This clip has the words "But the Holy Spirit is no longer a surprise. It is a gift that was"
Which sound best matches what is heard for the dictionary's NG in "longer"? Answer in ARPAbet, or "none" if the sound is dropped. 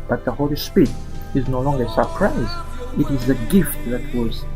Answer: NG